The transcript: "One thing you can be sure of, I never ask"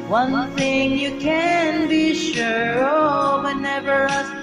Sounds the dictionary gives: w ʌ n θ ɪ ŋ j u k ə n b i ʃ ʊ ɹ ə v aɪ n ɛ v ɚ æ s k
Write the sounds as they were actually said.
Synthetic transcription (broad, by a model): w ʌ n θ ɪ ŋ j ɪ k ə n b i ʃ ʊ ɹ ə w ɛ n ɛ v ɚ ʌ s